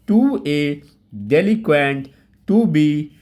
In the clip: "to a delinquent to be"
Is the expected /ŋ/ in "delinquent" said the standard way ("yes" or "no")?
no